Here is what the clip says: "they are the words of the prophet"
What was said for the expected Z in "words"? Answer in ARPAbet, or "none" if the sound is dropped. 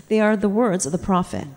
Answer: Z